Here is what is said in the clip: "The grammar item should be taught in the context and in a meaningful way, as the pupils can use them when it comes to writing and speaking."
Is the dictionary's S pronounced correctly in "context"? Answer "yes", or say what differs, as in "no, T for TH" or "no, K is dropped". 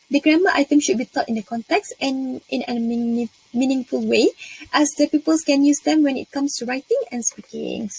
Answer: yes